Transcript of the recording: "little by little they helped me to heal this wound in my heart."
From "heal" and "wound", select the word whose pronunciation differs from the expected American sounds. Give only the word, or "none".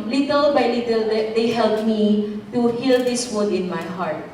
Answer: wound